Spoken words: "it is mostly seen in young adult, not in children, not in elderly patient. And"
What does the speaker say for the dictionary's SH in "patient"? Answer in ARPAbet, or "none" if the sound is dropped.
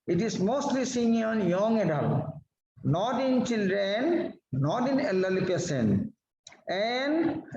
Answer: S